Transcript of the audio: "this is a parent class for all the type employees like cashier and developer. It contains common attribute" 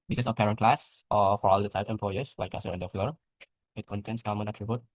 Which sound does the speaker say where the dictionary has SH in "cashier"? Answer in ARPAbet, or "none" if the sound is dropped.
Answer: S